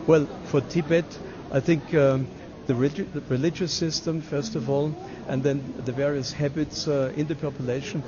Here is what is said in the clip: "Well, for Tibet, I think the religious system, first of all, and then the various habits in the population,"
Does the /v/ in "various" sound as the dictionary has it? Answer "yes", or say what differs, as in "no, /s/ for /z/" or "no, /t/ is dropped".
yes